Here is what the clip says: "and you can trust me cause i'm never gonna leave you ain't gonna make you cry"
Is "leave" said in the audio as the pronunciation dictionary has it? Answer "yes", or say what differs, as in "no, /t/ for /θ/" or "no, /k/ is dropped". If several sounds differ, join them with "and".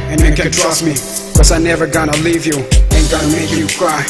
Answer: yes